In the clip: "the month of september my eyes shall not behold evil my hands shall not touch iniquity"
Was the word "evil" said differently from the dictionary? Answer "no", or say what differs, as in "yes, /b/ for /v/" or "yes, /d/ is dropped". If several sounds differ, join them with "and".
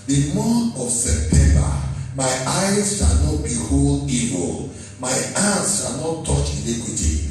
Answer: no